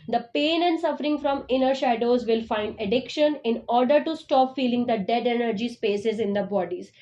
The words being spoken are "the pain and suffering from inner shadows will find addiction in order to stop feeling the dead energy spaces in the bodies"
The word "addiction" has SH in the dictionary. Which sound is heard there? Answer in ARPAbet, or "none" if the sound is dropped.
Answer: SH